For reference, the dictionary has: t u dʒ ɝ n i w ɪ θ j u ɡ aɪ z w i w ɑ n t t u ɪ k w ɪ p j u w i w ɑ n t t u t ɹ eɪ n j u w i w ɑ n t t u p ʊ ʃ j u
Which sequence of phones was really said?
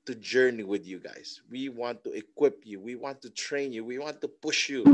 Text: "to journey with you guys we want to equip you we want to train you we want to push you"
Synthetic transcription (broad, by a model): t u dʒ ɝ n i w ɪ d j u ɡ aɪ s w i w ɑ n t t u ɪ k w ɪ p j u w i w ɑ n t t u t ɹ eɪ n j u w i w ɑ n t t u p ʊ ʃ j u